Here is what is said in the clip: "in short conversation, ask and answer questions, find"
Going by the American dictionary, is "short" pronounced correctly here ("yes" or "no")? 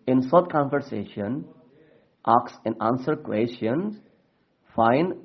no